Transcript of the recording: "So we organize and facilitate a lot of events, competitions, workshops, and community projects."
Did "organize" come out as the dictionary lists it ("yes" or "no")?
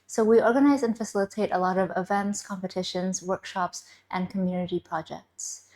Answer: yes